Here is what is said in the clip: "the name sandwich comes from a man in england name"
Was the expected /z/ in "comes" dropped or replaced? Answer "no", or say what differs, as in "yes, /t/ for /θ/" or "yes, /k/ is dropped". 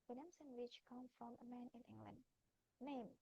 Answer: yes, /z/ is dropped